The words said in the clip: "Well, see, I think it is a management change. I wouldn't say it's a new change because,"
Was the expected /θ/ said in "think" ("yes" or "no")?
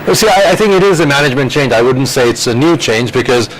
yes